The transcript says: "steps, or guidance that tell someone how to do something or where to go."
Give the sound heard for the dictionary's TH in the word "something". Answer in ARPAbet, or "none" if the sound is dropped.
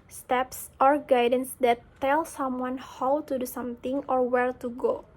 T